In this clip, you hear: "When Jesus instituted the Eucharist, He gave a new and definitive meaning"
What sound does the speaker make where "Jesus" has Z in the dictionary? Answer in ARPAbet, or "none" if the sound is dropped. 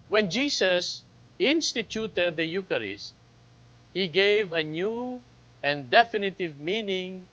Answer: S